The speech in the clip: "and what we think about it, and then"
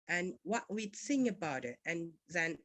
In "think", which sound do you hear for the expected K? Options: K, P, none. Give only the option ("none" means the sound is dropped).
none